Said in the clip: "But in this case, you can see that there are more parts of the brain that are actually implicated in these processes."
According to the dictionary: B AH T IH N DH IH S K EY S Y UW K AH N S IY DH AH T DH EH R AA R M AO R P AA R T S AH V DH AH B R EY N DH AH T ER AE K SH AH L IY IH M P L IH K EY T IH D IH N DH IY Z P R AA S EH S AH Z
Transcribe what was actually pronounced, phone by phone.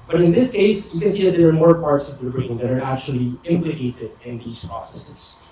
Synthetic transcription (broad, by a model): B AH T IH N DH IH S K EY S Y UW K AH N S IY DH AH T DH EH R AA R M AO R P AA R T S AH V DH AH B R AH L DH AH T ER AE K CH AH L IY IH M P L IH K EY T IH D IH N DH IY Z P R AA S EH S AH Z